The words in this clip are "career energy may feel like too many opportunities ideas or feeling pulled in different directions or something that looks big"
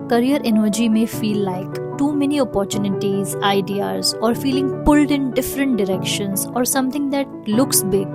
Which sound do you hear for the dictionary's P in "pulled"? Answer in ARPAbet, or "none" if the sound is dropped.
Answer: P